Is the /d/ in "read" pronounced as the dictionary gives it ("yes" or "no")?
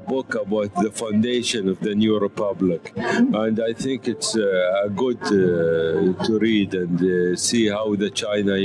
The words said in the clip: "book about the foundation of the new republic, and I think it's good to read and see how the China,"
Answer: yes